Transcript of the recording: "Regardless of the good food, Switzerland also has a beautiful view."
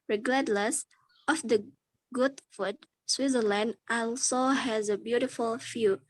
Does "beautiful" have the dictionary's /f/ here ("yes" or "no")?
yes